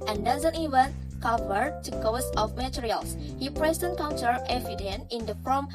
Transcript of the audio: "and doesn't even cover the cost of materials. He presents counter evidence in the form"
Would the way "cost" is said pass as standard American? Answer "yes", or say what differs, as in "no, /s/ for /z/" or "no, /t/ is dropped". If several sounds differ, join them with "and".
no, /t/ is dropped